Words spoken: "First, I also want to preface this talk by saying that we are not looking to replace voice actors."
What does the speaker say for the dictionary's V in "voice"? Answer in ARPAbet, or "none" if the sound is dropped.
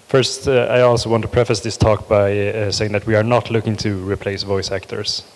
V